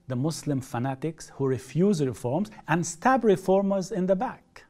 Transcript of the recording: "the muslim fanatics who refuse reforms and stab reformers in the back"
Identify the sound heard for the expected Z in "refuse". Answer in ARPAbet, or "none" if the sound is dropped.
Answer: Z